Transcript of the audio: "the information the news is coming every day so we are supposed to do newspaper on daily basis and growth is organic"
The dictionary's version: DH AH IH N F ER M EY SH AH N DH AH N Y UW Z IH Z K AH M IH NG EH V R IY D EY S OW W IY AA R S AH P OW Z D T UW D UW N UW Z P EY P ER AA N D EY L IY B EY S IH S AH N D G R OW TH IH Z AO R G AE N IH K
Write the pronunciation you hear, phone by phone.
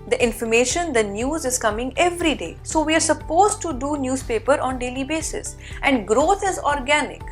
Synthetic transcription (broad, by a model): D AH IH N F ER M EY SH AH N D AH N Y UW Z IH Z K AH M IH NG EH V R IY D EY S OW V IY AA R S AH P OW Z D T UW D UW N UW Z P EY P ER AA N D EY L IY B EY S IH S AH N D G R OW T IH Z AO R G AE N IH K